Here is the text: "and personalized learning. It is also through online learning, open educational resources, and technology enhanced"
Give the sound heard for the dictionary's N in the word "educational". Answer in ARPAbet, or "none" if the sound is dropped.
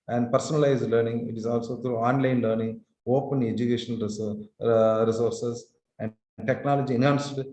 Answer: none